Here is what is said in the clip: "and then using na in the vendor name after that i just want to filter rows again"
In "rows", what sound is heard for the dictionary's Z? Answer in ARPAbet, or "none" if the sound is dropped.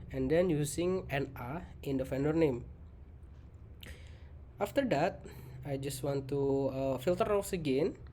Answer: S